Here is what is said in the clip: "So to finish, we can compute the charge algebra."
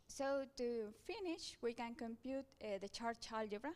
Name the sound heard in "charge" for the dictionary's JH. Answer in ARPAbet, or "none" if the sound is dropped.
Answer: CH